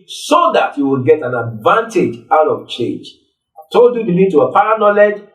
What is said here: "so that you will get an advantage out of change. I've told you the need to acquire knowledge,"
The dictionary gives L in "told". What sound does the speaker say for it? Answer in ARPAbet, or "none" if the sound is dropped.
none